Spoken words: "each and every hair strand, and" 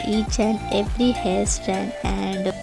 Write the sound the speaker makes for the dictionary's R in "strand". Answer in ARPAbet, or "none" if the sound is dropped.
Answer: none